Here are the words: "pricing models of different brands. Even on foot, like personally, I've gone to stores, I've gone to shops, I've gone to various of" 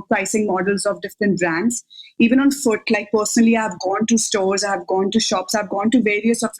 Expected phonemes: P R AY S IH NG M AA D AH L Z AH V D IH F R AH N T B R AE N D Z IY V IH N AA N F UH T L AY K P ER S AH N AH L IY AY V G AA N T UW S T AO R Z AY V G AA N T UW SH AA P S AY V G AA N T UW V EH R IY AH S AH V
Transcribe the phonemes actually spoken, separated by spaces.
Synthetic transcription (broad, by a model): P R AY S IH NG M AA D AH L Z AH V D IH F R AH N T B R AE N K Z IY V IH N AA N F UH T L AY K P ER S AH N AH L IY AY V G AA N T UW S T AO R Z AY V G AA N T UW SH AA P S AY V G AA N T UW V EH R IY AH S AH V